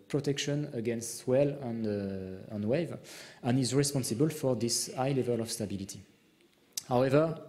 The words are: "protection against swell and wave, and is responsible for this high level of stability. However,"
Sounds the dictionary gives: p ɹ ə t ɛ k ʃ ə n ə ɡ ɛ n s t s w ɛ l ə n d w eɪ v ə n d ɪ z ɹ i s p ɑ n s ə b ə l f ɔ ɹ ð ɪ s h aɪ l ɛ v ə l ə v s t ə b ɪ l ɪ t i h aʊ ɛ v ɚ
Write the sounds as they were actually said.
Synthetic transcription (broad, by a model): p ɹ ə t ɛ k ʃ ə n ə ɡ ɛ n s t w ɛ l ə n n w eɪ v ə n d ɪ z ɹ i s p ɑ n s ə b ə l f ɔ ɹ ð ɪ s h aɪ l ɛ v ə l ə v s t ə b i l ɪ t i h aʊ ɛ v ɚ